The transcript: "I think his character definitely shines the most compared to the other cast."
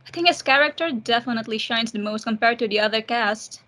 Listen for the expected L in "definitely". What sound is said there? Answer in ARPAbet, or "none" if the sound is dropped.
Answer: L